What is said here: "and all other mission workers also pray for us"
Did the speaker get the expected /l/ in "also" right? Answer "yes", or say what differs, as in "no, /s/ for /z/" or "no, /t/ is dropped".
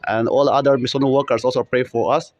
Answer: yes